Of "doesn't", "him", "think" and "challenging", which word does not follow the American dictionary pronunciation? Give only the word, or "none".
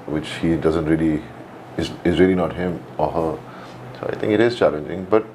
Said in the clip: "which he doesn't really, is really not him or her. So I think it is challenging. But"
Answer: think